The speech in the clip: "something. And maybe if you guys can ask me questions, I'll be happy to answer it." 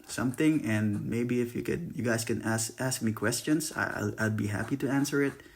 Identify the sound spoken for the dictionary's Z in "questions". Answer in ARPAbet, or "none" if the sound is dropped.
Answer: S